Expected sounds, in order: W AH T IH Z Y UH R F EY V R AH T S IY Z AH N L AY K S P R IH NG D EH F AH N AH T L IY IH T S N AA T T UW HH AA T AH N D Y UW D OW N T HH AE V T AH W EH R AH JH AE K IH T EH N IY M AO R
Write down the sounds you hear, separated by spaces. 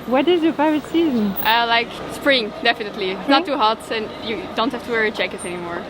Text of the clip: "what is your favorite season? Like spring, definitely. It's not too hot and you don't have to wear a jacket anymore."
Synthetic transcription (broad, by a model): W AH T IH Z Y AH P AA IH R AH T S IY Z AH N L AY K S P R IH NG D EH F AH N AH T L IY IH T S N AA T T UW HH AA T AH N Y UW D OW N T HH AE F T AH W EH R AH CH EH K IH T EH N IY M AO R